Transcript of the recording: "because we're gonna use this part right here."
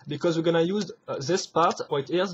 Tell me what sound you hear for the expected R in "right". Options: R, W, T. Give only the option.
W